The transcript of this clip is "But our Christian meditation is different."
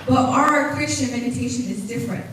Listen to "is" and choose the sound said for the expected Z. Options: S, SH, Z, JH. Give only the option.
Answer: Z